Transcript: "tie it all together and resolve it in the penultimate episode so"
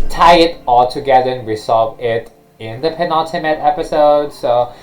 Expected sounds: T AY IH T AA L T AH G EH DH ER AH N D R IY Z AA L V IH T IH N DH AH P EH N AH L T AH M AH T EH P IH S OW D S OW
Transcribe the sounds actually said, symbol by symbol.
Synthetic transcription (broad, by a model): T AY IH T AA L T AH G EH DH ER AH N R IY S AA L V IH T IH N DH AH P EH N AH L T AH M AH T EH P IH S OW D S OW